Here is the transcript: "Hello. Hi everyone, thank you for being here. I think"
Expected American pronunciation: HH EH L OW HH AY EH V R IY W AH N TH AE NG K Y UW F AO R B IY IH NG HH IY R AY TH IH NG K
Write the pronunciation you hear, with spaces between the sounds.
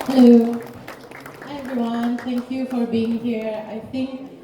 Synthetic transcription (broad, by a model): HH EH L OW EH V R IY W AH N T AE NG K Y UW F AO R B IY IH NG HH IY R AY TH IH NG K